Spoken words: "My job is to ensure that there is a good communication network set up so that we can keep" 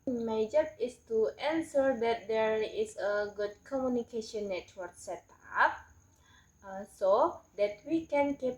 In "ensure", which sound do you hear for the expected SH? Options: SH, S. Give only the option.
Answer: S